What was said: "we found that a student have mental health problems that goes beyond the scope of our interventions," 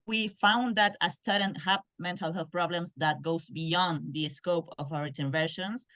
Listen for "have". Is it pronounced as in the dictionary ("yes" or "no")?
no